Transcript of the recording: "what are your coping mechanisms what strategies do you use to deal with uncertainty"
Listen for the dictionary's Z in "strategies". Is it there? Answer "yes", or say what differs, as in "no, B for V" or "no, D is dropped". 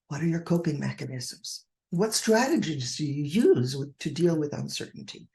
yes